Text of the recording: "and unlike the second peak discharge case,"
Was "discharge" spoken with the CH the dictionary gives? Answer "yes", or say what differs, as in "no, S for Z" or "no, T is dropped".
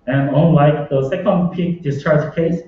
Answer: yes